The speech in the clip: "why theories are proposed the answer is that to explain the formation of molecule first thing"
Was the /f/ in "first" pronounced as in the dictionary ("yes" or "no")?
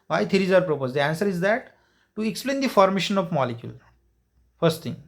yes